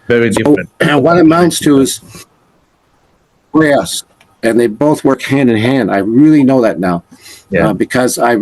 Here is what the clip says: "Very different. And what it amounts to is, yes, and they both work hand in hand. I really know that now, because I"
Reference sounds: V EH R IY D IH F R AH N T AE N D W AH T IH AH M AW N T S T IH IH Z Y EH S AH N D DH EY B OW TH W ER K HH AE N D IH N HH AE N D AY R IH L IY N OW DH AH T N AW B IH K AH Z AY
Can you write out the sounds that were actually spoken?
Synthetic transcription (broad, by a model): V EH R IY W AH R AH T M IH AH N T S T IH IH Z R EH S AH N DH EY B OW TH W ER K HH AE N D IH N HH AE N D AY R IH L IY N OW DH AH T N AW B IH K AH Z AY